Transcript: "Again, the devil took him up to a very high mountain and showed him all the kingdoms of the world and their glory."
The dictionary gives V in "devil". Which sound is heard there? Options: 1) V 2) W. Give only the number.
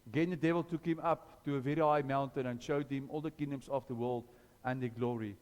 1